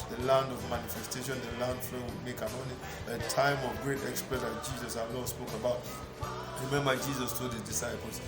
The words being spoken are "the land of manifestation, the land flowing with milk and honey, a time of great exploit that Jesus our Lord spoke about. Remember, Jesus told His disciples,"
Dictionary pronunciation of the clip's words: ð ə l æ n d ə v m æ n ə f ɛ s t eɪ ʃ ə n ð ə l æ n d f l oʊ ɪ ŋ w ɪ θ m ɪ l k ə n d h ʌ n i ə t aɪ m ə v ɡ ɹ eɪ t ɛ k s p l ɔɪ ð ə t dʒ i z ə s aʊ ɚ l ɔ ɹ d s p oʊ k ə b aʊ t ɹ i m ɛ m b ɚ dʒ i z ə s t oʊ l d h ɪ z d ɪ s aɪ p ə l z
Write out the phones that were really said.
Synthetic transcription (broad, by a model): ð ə l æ n d ə v m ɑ n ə f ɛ s t eɪ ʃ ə n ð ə l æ n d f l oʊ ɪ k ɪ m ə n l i ə t aɪ m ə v ɡ ɹ eɪ t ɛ k s p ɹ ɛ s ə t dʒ i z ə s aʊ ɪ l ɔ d s p oʊ k ə b aʊ t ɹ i m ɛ m b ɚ dʒ i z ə s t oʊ d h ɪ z d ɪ s aɪ p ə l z